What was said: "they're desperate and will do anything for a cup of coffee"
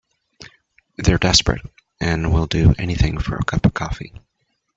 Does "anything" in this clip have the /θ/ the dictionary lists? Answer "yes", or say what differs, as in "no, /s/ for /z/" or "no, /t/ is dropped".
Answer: yes